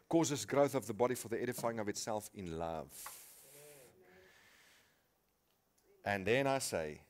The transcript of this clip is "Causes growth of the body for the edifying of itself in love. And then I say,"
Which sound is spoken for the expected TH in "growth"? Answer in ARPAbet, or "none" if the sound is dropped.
TH